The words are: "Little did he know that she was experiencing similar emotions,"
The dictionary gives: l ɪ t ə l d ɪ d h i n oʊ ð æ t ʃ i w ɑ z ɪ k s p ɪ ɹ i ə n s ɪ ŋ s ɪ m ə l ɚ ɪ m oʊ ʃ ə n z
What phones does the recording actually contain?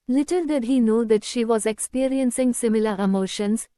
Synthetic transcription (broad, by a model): l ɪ t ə l d ɪ d h i n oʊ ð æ t ʃ i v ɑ z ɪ k s p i ɹ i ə n s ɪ ŋ s ɪ m ə l ɚ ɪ m oʊ ʃ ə n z